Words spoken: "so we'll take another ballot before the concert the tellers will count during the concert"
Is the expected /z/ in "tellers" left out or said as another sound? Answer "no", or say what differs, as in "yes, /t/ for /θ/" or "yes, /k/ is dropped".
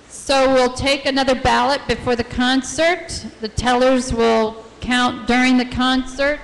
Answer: no